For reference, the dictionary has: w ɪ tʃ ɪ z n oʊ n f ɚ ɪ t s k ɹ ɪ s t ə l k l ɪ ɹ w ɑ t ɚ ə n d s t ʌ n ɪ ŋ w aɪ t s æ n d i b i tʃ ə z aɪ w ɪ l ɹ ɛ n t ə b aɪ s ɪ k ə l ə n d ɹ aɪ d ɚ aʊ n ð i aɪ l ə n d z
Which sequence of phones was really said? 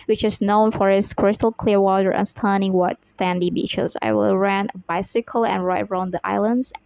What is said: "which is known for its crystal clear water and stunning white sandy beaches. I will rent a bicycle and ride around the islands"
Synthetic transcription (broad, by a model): w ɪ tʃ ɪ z n oʊ n f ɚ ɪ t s k ɹ ɪ s t ə l k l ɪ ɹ w ɑ t ɚ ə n s t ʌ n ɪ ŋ w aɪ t s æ n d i b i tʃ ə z aɪ w ɪ l ɹ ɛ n ə b aɪ s ɪ k ə l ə n ɹ aɪ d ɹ aʊ n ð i aɪ l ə n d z